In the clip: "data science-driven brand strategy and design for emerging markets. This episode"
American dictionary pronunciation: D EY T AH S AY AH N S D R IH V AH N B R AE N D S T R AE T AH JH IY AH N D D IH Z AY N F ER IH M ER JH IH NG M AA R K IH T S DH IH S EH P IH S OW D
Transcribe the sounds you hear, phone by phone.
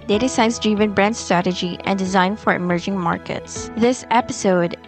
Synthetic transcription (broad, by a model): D EY T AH S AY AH N S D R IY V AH N B R AE N D S T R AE T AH JH IY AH N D D IH Z AY N F ER IH M ER JH IH NG M AA R K IH T S DH IH S EH P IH S OW D